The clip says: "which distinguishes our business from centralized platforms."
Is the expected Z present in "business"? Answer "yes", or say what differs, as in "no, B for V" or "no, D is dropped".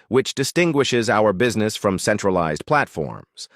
yes